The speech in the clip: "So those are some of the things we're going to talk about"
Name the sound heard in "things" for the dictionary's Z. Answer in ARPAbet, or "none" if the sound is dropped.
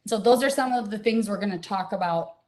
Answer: Z